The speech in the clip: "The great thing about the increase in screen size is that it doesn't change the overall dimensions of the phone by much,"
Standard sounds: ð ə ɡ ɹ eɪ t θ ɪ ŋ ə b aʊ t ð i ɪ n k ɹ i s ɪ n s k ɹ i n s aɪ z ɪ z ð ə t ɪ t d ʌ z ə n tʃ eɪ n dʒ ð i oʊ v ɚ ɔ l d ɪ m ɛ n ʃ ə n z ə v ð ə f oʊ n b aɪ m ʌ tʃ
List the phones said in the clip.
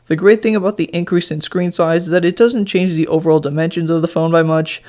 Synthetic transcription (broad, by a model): ð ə ɡ ɹ eɪ t θ ɪ ŋ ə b aʊ t ð i ɪ n k ɹ i s ɪ n s k ɹ i n s aɪ z ɪ z ð ə t ɪ t d ʌ z ə n tʃ eɪ n dʒ ð i oʊ v ɚ ɔ l d ɪ m ɛ n ʃ ə n z ə v ð ə f oʊ n b aɪ m ʌ tʃ